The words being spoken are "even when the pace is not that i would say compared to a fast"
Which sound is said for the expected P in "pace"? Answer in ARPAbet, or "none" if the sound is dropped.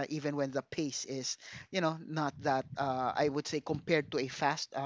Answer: P